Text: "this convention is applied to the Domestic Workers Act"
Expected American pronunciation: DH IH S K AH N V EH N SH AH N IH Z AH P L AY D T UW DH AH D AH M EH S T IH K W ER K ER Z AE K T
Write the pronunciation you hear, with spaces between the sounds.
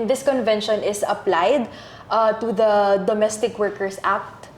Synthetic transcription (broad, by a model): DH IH S K AH N V EH N SH AH N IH S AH P L AY D T UW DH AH D AH M EH S T IH K W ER K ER S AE K T